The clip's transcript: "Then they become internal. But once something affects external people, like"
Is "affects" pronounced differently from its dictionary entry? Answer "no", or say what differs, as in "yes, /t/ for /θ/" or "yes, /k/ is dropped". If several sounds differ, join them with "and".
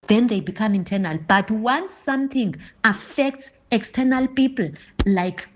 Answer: no